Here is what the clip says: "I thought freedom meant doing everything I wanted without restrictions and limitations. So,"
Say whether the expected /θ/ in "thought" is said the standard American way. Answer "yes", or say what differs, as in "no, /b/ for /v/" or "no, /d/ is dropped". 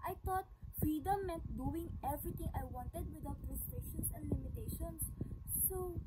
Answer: no, /t/ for /θ/